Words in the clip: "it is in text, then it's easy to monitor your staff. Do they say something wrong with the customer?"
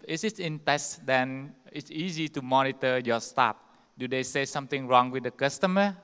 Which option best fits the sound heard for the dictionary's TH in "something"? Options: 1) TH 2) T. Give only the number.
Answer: 2